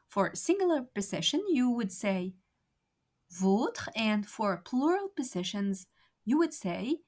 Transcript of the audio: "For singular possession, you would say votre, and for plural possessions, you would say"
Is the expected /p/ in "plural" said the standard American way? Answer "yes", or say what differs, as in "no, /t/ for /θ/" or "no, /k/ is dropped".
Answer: yes